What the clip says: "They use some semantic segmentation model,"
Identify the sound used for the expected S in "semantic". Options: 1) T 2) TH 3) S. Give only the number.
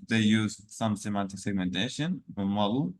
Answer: 3